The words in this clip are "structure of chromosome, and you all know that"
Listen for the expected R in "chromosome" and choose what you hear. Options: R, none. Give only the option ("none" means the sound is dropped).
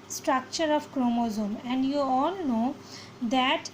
R